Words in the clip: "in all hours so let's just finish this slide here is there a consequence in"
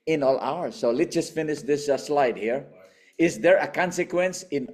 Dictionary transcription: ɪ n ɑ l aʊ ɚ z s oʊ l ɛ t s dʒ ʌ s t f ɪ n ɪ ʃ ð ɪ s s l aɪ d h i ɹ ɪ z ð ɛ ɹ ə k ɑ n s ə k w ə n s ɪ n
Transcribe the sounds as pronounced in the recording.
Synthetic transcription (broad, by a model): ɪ n ɑ l aʊ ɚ s oʊ l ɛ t dʒ ʌ s t f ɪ n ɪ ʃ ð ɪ s s l aɪ d h i ɹ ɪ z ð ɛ ɹ ə k ɑ n s ə k w ə n s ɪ n